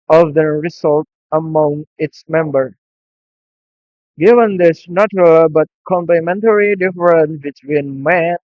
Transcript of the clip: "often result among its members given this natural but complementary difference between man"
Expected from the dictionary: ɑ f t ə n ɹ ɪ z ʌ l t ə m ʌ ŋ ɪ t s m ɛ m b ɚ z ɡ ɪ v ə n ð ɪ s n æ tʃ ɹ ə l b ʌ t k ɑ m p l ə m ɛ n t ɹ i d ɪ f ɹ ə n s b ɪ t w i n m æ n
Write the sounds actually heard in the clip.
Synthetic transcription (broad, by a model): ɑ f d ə ɹ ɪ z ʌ l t ə m ʌ ŋ ɪ t s m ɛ m b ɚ ɡ ɪ v ə n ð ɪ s n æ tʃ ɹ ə l b ʌ t k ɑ m p l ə m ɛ n t ɹ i d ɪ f ɹ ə n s b ɪ t w i n m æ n